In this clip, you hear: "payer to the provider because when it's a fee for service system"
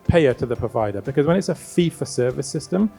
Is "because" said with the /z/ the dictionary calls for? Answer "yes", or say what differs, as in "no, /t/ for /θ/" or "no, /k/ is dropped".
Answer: yes